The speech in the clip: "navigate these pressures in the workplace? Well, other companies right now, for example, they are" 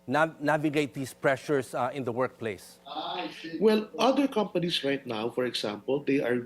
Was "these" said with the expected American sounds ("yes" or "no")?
no